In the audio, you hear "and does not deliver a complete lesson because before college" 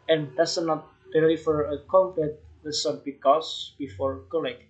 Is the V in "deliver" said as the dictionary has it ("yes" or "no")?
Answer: no